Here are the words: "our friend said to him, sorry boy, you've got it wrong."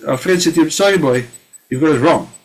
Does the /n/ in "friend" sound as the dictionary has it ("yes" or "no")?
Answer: no